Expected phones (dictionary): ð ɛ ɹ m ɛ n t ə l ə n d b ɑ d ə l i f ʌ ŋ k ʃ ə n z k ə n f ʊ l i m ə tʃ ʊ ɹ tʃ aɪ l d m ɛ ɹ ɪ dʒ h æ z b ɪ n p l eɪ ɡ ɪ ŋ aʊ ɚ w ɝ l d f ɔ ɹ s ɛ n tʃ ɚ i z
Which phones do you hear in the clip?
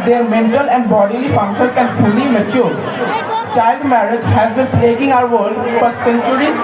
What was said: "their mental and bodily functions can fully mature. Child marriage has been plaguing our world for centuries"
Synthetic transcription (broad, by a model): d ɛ ɹ m ɛ n t ə l ə n d b ɑ d ə l i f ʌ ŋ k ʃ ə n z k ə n f ʊ l i m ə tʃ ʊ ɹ tʃ aɪ l d m ɛ ɹ ɪ dʒ h æ z b ɪ n p l eɪ ɡ ɪ ŋ aʊ ɚ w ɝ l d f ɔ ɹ s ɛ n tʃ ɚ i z